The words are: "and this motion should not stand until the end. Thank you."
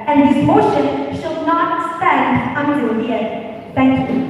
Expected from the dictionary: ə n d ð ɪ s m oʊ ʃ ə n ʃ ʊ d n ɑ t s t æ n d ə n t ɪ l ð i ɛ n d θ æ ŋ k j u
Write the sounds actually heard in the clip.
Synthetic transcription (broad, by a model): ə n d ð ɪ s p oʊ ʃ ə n ʃ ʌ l n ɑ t s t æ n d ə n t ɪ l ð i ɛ d θ æ ŋ k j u